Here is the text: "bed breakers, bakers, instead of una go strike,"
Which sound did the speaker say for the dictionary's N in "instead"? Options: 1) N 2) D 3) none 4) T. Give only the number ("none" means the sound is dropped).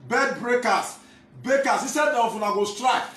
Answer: 3